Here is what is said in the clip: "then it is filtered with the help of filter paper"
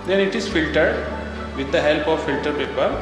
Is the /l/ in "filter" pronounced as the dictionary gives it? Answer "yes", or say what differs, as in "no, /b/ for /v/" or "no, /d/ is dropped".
yes